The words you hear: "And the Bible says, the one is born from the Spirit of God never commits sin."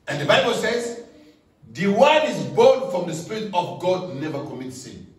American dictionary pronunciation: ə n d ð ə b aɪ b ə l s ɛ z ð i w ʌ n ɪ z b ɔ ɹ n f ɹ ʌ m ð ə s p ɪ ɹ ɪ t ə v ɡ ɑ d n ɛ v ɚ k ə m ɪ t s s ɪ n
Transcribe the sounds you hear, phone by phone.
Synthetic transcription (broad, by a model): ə n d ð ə b aɪ b ə l s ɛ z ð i w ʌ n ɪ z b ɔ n f ɹ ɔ m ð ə s p ɪ ɹ ɪ t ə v ɡ ɑ d n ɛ v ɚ k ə m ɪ t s s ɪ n